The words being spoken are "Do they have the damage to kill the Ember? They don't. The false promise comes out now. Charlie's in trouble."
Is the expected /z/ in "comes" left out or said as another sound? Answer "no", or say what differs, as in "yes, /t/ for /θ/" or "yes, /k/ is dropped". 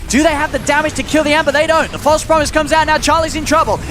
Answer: no